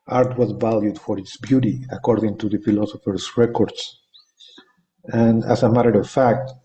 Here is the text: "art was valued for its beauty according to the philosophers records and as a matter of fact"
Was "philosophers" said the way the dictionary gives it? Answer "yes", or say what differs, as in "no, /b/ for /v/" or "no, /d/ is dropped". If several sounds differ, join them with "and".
no, /s/ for /z/